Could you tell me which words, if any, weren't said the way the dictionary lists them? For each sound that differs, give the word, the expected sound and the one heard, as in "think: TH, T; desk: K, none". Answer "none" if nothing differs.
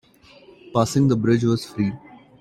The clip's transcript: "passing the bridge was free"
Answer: none